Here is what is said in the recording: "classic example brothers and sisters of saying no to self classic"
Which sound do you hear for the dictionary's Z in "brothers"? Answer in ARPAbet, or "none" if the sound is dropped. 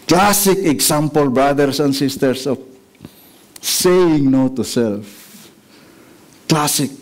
S